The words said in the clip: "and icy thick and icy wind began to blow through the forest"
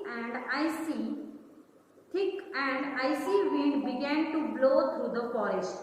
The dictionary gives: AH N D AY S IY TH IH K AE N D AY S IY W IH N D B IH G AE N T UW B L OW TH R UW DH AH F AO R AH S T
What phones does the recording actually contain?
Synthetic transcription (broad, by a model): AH N D AY S IY T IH K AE N D AY S IY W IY D B IH G AE N T UW B L OW T R UW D AH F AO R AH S T